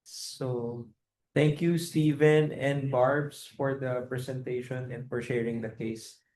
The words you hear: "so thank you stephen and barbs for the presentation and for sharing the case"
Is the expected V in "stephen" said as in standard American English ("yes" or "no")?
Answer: yes